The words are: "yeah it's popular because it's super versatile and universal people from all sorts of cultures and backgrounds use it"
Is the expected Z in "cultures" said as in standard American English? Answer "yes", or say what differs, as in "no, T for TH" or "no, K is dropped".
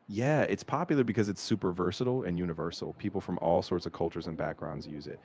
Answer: yes